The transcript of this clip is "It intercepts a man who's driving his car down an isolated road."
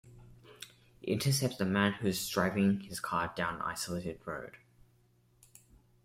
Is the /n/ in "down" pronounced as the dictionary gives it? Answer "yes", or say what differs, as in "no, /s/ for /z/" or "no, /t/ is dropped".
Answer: no, /n/ is dropped